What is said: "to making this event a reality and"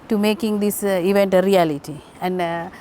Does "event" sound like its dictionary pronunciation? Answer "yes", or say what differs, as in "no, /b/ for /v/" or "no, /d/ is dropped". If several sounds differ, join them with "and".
yes